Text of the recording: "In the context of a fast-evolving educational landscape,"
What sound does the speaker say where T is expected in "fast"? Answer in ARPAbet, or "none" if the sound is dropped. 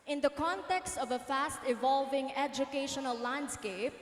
T